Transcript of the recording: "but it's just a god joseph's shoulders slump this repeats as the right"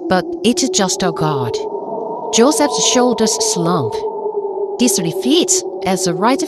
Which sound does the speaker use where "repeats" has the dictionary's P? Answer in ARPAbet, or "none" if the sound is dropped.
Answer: F